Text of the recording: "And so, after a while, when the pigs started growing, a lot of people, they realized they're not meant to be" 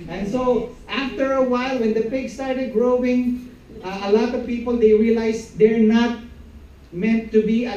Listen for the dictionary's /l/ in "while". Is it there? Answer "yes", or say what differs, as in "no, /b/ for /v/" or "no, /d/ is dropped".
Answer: yes